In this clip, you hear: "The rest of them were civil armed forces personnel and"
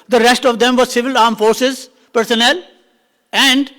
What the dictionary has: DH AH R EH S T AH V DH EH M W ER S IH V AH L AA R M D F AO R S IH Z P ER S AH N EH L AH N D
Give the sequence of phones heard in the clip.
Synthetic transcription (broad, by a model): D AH R EH S T AH V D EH M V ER S IH V AH L AA R M F AO R S IH Z P ER S AH N EH L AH N D